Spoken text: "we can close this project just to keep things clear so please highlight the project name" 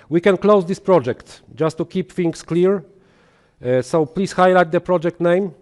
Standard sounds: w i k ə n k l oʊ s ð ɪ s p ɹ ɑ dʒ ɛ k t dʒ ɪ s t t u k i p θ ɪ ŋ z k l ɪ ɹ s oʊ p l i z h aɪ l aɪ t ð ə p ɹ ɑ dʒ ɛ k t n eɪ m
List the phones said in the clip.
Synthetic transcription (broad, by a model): w i k ə n k l oʊ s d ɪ s p ɹ ɑ dʒ ɛ k t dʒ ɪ s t t u k i p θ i ŋ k k l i ɹ s oʊ p l i s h aɪ l aɪ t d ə p ɹ ɑ dʒ ɛ k t n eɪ m